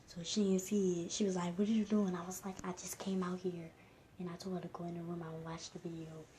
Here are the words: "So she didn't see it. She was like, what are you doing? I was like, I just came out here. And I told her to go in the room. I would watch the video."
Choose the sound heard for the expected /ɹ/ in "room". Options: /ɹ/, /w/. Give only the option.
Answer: /ɹ/